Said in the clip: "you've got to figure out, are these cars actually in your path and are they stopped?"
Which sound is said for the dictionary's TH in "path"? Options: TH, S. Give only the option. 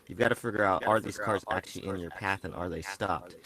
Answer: TH